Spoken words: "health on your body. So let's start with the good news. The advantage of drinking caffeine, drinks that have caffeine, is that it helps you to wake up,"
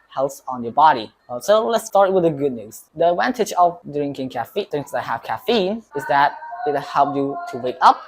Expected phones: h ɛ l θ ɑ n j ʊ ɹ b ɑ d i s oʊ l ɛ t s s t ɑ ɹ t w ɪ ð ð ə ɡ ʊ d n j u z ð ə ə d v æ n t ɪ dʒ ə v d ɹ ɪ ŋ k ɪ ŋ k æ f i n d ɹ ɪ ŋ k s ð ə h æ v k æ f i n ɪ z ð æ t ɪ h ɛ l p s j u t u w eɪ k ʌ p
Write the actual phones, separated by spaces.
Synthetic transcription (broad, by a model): h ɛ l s ɑ n j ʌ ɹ b ɑ d i s oʊ l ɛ t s s t ɑ ɹ t w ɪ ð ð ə ɡ ʊ d n j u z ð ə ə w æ n t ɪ tʃ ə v d ɹ ɪ ŋ k ɪ ŋ k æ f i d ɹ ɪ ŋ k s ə h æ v k æ f i n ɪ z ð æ t ɪ h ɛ l p j u t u w eɪ k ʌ p